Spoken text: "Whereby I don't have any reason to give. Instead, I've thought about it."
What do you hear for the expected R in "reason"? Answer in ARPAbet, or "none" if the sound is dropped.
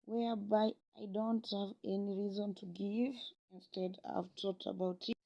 R